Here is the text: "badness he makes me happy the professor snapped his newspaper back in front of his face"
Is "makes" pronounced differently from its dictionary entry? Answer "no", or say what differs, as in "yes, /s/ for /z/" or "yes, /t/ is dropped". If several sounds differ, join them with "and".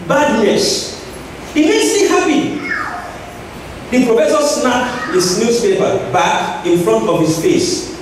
yes, /k/ is dropped